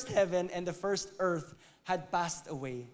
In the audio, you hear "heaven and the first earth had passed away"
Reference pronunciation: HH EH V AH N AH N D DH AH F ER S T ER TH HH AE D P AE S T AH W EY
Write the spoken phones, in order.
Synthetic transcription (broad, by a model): HH EH V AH N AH N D DH AH F ER S T ER TH HH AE D P AE S T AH W EY